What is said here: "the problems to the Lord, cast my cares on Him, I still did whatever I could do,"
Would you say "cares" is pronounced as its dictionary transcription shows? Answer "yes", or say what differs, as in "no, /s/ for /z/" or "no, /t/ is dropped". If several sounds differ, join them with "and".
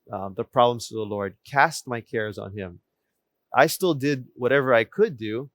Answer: yes